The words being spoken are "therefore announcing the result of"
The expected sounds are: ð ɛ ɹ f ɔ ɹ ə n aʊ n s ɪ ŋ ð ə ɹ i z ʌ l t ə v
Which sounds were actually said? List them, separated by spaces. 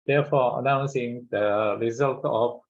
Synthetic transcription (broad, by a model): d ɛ f ɔ ə n aʊ n s ɪ ŋ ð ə ɹ i z ʌ l t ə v